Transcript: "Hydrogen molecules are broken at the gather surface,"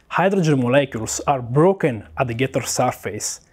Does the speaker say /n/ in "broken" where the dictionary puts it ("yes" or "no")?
yes